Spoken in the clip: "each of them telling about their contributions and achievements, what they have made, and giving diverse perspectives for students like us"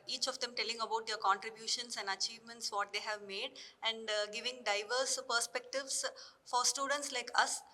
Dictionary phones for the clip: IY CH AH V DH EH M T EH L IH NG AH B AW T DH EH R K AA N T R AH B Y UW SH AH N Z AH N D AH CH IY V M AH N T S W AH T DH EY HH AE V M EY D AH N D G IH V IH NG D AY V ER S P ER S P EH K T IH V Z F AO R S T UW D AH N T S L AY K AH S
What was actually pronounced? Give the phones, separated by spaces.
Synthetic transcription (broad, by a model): IY CH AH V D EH M T EH L IH NG AH B AW T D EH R K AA N T R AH B Y UW SH AH N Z AH N D AH CH IY V M AH N T S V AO T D EY HH AE V M EY D AH N D G IH V IH NG D AY V ER S P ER S P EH K T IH V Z F AO R S T UW D AH N T S L AY K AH S